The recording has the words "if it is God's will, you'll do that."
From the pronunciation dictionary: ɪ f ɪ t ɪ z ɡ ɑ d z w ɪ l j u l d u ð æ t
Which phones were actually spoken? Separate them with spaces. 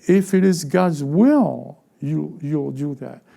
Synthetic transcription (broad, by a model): ɪ f ɪ t ɪ z ɡ ɑ d z w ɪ l j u l d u ð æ t